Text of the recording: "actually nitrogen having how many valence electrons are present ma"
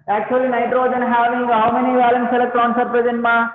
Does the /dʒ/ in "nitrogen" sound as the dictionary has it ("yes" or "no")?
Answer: yes